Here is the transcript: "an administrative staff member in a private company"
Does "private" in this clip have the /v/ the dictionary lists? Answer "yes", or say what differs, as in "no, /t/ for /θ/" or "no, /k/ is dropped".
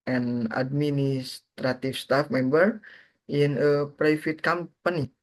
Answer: no, /f/ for /v/